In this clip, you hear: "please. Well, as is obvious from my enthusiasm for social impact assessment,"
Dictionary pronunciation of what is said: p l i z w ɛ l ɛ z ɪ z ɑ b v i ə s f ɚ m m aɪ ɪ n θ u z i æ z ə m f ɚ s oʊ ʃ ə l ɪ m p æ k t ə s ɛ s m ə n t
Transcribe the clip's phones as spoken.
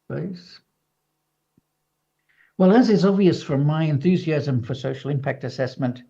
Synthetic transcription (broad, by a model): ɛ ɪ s w ɛ l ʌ z ɪ z ɑ b v i ə s f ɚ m m aɪ ɪ n θ u z i æ z ə m f ɚ s oʊ ʃ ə l ɪ m p æ k t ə s ɛ s m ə n t